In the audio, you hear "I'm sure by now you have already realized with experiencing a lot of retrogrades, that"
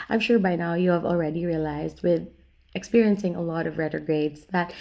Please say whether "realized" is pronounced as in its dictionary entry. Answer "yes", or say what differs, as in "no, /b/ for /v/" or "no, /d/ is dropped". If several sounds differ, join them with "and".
yes